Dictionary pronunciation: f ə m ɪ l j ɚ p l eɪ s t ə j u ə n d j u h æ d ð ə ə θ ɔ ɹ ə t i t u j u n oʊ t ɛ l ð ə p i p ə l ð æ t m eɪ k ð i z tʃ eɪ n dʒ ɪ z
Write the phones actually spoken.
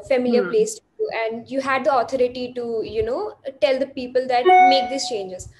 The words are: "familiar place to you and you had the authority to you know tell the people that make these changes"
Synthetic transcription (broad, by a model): f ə m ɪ l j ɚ p l eɪ s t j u ə n d j u h æ d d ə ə t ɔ ɹ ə t i t u j u n oʊ t ɛ l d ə p i p ə l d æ t m eɪ k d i s tʃ eɪ n dʒ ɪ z